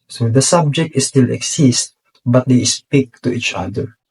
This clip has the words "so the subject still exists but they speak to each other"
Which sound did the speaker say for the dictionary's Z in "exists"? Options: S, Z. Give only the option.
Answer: S